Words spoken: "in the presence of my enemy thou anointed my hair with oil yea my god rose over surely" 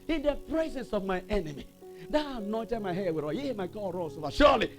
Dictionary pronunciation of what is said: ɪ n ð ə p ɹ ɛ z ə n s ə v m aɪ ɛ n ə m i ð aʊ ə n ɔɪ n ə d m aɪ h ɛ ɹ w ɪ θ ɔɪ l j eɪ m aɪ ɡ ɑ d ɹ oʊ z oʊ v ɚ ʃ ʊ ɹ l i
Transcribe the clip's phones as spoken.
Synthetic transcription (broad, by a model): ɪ n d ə p ɹ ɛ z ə n s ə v m aɪ ɛ n ə m i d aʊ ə n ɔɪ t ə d m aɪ h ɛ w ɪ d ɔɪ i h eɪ m aɪ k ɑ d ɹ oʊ s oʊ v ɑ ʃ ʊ l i